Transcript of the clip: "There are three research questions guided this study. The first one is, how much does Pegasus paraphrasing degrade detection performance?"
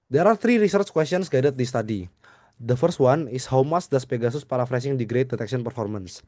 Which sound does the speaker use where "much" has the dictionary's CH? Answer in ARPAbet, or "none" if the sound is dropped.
S